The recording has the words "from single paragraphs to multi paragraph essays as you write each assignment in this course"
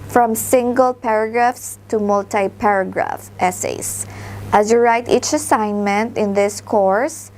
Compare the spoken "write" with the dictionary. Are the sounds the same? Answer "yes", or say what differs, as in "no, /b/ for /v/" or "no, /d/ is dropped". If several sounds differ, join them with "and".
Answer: yes